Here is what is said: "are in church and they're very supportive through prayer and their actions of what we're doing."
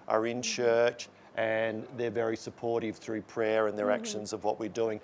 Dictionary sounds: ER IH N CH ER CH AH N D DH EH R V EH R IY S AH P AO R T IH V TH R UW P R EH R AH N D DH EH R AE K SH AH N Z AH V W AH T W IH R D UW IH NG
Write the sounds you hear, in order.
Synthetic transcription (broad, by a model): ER IH N CH ER CH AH N DH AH R V EH R IY S AH P AO R T IH V TH R UW P R EH R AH N DH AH R AE K SH AH N Z AH V W AH T W IH R D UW IH NG